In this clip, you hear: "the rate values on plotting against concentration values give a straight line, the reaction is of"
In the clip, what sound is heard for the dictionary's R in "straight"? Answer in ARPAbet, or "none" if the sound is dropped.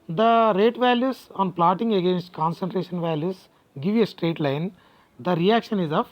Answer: R